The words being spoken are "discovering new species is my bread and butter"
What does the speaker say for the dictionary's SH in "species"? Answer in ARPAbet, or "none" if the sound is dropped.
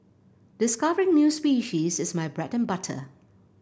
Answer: SH